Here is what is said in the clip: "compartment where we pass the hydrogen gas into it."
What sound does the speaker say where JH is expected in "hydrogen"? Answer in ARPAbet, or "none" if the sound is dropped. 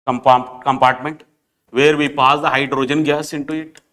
JH